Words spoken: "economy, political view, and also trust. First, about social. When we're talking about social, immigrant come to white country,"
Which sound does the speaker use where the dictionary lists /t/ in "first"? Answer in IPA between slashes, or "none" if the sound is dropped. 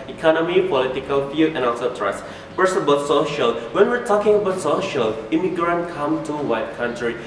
none